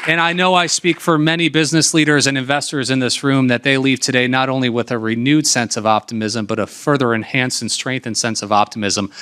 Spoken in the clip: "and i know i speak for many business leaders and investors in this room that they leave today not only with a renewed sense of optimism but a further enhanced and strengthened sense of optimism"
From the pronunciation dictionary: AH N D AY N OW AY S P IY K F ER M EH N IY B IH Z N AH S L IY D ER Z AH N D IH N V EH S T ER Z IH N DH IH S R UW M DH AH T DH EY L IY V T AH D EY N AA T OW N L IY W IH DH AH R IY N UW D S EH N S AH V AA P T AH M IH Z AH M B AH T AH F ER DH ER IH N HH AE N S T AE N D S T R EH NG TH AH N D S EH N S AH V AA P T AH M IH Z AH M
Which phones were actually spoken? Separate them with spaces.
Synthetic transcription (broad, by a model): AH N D AY N OW AY S P IY K F ER M EH N IY B IH Z N AH S L IY D ER Z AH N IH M V EH S T ER Z IH N DH IH S R UW M DH AH T DH EY L IY V T AH D EY N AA T OW N L IY W IH DH AH R IY N UW D S EH N S AH V AA P T AH M IH Z AH M B AH T AH F ER DH ER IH N HH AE N S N S T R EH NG TH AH N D S EH N S AH V AA P T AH M IH Z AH M